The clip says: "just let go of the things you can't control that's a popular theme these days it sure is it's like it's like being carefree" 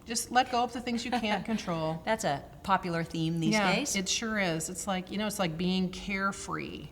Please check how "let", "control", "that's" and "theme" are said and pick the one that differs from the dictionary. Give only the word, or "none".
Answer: none